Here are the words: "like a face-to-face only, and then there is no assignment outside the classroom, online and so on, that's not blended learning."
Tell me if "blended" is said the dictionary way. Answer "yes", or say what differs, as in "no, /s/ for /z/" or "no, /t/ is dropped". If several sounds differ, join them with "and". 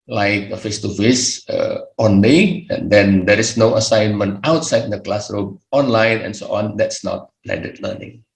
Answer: no, /n/ is dropped